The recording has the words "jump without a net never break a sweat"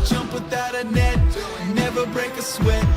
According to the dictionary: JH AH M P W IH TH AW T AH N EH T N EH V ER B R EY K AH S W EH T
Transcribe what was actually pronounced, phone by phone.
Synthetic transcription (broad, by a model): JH AH M P W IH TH AW T AH N EH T N EH V ER B R EY K AH S W EH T